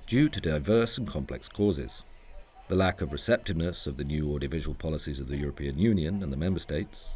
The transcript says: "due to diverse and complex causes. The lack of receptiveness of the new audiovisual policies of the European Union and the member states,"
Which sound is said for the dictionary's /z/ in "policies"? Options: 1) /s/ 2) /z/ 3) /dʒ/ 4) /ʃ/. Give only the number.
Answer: 2